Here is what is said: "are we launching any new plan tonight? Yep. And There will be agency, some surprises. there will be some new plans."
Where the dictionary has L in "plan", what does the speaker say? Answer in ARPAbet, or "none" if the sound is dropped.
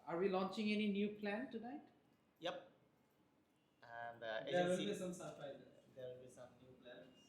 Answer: L